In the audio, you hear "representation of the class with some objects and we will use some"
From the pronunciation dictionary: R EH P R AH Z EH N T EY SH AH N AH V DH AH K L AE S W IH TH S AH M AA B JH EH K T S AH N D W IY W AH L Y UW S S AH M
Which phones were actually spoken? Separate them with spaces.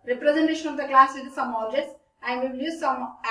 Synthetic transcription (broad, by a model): R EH P R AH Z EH N T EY SH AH N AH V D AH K L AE S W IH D S AH M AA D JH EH T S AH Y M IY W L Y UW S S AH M